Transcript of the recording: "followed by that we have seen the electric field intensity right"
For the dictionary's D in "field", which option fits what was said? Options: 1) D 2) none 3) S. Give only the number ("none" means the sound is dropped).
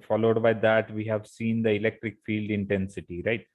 1